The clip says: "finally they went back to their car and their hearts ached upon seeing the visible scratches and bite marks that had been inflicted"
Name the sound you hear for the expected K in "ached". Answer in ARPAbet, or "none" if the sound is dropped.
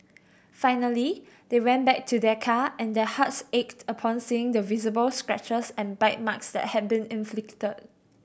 K